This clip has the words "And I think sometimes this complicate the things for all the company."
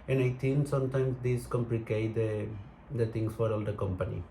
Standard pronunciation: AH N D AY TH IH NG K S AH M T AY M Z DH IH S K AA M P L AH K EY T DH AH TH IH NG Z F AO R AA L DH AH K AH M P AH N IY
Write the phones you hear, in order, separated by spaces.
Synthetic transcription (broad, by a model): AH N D AY T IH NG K S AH M T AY M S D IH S K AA M P L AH K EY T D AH T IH NG S F AO R AA L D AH K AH M P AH N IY